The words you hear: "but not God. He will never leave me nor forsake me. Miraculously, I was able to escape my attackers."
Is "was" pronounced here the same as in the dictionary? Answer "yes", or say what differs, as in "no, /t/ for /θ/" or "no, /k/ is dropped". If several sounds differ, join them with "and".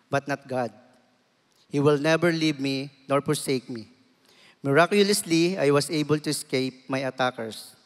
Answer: no, /s/ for /z/